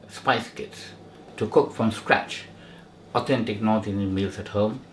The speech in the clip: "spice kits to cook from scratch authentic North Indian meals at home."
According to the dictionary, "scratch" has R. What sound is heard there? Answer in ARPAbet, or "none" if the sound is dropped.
R